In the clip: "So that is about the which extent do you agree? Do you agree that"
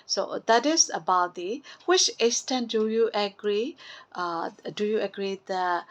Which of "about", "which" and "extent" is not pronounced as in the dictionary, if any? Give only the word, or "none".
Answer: extent